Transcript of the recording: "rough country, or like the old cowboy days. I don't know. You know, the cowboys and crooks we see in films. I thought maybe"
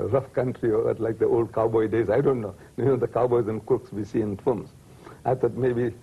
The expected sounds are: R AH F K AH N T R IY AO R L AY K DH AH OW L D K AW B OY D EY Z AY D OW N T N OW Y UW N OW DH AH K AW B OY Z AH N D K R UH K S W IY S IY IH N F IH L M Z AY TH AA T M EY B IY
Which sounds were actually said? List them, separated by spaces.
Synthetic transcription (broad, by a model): R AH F K AH N T R IY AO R L AY K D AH OW L D K AW B OY D EY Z AY D OW N T N OW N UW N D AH K AW B OY Z AH N D K UH K S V IY S IY IH N F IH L M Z AY T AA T M EY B IY